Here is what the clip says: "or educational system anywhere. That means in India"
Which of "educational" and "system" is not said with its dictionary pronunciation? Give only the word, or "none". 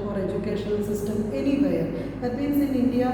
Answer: educational